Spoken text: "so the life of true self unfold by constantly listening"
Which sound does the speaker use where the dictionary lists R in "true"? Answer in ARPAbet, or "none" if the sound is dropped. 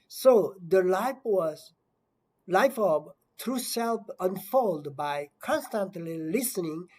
R